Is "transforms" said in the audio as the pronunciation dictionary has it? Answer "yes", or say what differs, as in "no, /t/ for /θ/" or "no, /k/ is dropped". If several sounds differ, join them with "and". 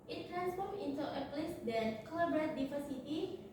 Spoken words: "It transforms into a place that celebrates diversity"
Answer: no, /z/ is dropped